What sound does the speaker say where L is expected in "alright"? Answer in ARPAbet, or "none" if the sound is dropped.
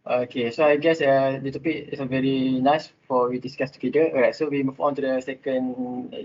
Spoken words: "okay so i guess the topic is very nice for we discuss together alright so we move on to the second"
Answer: none